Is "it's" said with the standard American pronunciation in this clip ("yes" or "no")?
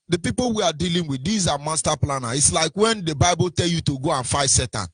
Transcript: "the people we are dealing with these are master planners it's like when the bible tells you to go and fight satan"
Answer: yes